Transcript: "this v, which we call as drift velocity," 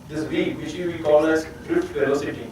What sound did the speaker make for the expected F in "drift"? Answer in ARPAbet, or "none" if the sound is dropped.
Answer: none